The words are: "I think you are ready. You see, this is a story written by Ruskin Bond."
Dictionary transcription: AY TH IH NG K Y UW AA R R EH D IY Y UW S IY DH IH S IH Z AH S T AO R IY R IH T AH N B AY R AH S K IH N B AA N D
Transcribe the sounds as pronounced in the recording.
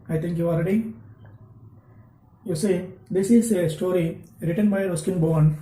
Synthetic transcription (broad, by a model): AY T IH NG K Y UW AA L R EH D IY Y UW S IY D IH S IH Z AH S T AO R IY R IH T AH N B AY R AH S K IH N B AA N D